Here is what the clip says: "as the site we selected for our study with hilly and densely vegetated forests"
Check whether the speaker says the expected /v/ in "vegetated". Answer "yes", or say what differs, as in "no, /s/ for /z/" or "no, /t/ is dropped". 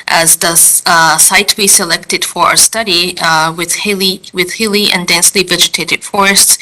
yes